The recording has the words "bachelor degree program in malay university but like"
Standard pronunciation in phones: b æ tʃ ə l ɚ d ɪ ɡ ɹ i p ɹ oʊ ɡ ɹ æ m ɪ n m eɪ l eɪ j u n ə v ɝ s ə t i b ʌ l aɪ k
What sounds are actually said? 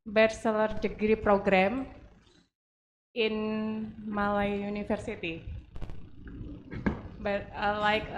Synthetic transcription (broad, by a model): b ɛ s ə l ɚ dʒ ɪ ɡ ɹ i p ɹ oʊ ɡ ɹ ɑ m ɪ n m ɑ l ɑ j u n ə f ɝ s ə t i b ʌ l aɪ k